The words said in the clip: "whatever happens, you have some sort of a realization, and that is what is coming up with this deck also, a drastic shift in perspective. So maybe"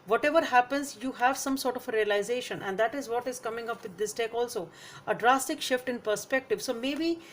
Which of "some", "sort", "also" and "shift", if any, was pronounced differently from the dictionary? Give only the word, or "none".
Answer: none